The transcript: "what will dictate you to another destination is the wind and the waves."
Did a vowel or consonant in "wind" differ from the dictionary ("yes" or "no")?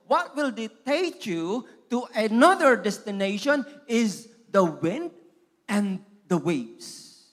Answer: no